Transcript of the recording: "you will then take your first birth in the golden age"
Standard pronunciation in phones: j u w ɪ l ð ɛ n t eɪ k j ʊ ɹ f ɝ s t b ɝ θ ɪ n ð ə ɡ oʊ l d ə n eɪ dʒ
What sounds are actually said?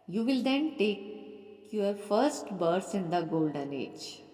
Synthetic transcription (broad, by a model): j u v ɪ l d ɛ n t eɪ k j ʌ ɹ f ɝ s t b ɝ s ɪ n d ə ɡ oʊ l d ə n eɪ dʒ